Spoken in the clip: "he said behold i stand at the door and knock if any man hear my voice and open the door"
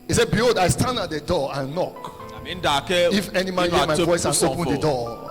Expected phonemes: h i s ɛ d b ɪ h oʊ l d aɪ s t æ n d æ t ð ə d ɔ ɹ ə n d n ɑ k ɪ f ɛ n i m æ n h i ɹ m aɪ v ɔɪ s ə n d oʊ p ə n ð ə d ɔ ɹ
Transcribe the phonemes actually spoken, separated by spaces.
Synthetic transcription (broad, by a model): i s ɛ d b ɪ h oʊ d aɪ s t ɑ n d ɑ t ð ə d ɔ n ə n d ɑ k ɪ f ɛ n i m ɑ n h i m aɪ v ɔɪ s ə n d oʊ p ə n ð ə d ɔ